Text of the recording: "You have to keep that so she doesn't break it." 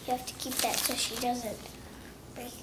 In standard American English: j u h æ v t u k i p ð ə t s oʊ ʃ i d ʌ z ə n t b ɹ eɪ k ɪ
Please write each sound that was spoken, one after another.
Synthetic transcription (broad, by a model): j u h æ f t u k i p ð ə t s oʊ ʃ i d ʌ z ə n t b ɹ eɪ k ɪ